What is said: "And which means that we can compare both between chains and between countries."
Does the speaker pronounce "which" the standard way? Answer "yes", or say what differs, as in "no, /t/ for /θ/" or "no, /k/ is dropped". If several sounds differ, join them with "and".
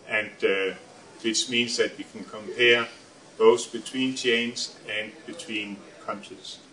no, /s/ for /tʃ/